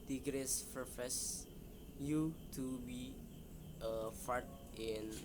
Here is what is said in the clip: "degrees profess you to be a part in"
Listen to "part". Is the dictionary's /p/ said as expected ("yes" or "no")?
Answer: no